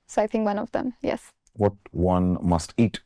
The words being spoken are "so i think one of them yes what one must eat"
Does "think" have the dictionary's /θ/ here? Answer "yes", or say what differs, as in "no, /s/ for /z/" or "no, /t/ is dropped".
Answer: yes